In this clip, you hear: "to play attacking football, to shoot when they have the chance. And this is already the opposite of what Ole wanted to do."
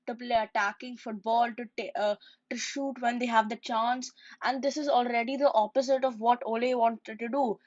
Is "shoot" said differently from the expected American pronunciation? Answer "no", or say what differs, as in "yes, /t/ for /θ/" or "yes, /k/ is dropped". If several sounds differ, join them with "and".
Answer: no